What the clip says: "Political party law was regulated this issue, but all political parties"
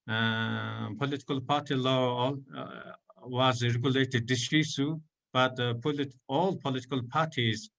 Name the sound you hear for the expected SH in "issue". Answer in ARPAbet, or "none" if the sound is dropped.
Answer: S